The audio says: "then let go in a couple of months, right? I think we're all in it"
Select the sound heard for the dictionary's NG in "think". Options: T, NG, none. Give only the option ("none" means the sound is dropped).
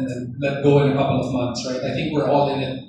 NG